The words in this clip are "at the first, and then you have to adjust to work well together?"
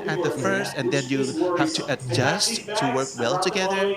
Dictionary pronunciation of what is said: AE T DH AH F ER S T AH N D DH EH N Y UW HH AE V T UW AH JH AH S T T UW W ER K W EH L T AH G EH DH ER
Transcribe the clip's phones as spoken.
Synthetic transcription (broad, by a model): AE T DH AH F ER S T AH N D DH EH N Y UW HH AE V T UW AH JH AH S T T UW W ER K W EH L T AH G EH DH ER